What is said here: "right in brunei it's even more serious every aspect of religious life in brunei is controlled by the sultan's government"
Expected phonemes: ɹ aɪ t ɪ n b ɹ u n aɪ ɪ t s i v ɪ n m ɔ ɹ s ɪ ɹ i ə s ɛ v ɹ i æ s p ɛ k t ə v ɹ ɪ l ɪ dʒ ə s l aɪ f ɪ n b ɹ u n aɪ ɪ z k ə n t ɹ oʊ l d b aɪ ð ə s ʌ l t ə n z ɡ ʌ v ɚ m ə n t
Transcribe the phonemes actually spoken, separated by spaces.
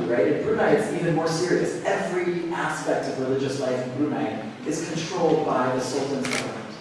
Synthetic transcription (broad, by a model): ɹ aɪ t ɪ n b ɹ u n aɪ ɪ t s i v ɪ n m ɔ ɹ s ɪ ɹ i ə s ɛ v ɹ i æ s p ɛ k t ə v ɹ ɪ l ɪ dʒ ə s l aɪ f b ɹ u n aɪ ɪ z k ə n t ɹ oʊ l d b aɪ ð ə s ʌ l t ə n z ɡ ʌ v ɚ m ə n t